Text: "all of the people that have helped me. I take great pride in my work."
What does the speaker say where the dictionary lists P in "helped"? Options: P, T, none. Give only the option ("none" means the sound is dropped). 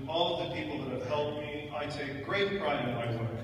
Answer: none